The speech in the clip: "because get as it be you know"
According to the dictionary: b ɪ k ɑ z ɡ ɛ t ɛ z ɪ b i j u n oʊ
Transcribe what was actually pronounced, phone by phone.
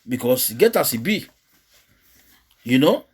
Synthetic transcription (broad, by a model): b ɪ k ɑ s ɡ ɛ t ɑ s ɪ b i j u n oʊ